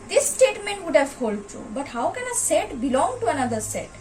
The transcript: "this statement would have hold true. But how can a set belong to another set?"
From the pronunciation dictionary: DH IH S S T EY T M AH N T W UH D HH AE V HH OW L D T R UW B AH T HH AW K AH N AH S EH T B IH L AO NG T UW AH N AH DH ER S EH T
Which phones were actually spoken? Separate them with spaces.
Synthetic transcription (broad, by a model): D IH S S T EY T M AH N T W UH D HH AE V HH OW L D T UW B AH T HH AW K AH N AH S EH T B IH L AO NG T UW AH N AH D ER S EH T